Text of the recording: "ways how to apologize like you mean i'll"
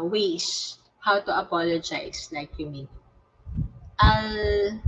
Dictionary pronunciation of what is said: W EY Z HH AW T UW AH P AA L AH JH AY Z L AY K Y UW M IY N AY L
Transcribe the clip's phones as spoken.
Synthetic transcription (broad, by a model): W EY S HH AW T UW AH P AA L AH JH AY S L AY K Y UW M IY N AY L